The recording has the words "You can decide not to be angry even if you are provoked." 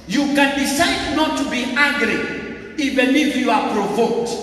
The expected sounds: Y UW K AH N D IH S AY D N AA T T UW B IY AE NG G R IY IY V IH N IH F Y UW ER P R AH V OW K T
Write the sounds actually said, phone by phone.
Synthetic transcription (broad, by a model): Y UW K AH N D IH S AY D N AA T T UW B IY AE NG G R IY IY B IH L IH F Y UW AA P R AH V OW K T